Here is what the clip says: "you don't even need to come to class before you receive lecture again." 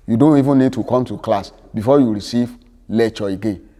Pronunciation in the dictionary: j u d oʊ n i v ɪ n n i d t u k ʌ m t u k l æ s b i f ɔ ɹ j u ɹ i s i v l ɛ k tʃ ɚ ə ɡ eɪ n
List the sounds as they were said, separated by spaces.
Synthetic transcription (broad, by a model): j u d oʊ n i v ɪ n n i d t u k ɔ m t u k l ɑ s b i f ɔ j u ɹ i s i v l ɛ tʃ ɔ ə ɡ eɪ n